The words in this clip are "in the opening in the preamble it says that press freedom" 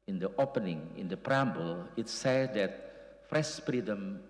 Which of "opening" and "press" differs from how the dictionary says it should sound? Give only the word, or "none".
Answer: press